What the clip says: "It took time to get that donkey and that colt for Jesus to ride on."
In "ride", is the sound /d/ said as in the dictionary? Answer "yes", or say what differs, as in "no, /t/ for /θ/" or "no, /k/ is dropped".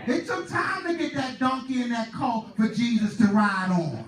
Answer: yes